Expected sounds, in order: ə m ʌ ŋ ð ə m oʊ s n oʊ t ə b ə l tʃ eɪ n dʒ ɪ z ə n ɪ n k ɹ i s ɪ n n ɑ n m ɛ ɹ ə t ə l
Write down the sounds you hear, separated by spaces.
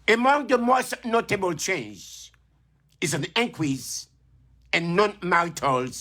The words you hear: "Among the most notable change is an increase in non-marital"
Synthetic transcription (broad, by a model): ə m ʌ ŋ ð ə m oʊ s n oʊ t ə b ə l tʃ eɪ n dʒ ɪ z ə n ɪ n k w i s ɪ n n ɑ n m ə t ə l